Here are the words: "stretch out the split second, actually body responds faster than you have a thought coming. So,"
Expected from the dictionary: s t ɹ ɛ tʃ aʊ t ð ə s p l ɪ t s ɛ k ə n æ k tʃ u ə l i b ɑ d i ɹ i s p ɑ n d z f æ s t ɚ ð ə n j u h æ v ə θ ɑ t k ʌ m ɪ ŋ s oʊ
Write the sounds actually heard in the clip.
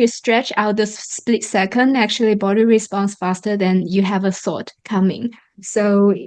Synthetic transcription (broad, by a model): s t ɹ ɛ tʃ aʊ t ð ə s p l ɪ t s ɛ k ə n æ k tʃ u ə l i b ɑ d i ɹ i s p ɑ n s f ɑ s t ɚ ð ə n j u h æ v ə s ɑ t k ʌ m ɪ ŋ s oʊ